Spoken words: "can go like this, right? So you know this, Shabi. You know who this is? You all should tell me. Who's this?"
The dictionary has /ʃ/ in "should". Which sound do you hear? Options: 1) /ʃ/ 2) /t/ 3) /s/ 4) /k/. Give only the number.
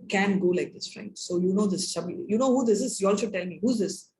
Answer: 3